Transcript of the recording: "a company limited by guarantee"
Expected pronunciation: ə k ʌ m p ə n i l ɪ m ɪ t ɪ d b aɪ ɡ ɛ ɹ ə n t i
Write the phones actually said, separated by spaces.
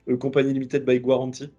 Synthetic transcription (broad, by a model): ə k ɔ p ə n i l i m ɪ t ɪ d b aɪ ɡ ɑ ɹ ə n t i